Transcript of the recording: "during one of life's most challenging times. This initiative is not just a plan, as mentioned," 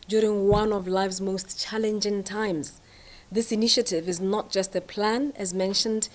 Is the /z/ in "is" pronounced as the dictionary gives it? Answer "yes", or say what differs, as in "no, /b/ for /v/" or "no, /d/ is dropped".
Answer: yes